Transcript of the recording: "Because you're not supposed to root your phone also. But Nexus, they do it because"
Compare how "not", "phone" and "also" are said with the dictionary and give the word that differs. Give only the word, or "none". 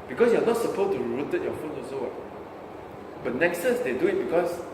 also